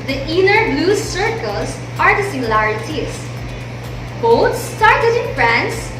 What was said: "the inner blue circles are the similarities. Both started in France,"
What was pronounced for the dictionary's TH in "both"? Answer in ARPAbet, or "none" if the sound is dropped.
T